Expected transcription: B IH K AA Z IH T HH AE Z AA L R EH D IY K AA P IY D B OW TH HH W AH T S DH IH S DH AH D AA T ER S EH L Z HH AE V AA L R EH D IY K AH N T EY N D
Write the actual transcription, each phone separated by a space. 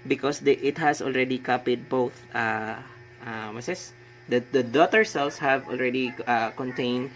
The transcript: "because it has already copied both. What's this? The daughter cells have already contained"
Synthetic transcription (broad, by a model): B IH K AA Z IH T HH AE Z AA L R EH D IY K AA P IY D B OW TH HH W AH S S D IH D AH D AA T ER S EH L S HH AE V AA L R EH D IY K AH N T EY N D